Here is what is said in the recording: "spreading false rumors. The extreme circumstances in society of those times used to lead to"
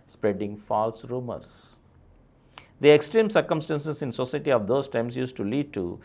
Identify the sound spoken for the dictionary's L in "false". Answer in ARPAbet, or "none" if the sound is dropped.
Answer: L